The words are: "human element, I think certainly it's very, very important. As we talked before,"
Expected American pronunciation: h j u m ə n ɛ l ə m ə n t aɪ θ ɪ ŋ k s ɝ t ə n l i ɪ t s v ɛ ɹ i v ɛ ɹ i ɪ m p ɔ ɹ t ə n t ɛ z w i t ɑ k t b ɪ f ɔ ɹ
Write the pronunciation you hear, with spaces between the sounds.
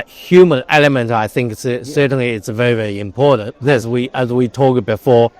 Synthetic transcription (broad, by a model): h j u m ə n ɛ l ə m ə n t aɪ θ ɪ ŋ k s ɝ t n l i ɪ t s v ɛ ɹ i v ɛ ɹ i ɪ m p ɔ ɹ t n t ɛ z w i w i t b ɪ f ɔ ɹ